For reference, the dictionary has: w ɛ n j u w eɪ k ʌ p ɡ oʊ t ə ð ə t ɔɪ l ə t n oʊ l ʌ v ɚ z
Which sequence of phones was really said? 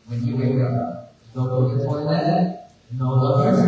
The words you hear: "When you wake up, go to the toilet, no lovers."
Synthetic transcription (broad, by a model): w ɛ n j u w eɪ k ʌ p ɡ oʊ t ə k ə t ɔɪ n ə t n oʊ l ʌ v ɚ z